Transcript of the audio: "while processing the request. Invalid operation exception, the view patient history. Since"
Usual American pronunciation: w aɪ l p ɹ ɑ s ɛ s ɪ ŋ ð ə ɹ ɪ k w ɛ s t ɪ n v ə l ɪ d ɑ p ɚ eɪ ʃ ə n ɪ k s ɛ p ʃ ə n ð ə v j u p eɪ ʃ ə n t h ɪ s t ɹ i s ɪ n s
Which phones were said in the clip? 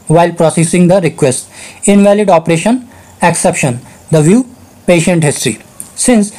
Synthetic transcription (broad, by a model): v aɪ l p ɹ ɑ s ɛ s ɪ ŋ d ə ɹ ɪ k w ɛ s t ɪ n v ə l ɪ d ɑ p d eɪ ʃ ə n ɪ k s ɛ p ʃ ə n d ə v j u p eɪ ʃ ə n t h ɪ s t ɹ i s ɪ n s